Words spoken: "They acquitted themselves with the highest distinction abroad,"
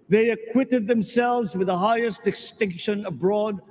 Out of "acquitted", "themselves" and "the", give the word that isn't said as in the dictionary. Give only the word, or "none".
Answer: none